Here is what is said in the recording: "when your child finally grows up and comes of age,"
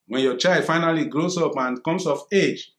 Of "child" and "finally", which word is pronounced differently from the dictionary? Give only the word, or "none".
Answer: none